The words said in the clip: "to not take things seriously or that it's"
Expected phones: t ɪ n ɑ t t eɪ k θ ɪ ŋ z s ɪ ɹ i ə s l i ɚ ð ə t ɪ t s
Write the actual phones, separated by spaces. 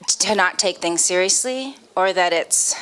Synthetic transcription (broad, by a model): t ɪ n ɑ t t eɪ k θ ɪ ŋ z s ɪ ɹ i ə s l i ɚ ð ə t ɪ t s